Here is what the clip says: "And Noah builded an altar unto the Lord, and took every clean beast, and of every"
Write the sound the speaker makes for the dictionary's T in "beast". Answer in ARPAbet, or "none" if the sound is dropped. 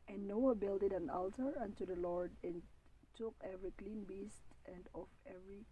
T